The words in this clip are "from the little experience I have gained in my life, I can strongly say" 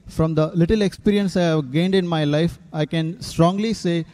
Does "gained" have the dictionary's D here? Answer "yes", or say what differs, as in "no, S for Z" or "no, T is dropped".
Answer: yes